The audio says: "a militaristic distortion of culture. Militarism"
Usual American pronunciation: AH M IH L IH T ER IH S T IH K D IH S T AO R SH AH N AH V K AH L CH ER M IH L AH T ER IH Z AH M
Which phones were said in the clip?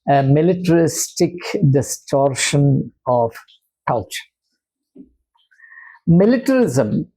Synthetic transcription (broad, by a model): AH M IH L IH T ER IH S T IH K D IH S T AO R SH AH N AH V K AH L CH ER M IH L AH T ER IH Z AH M